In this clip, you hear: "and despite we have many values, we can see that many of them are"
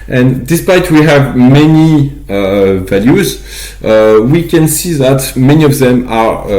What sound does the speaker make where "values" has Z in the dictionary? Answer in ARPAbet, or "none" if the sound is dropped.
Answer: Z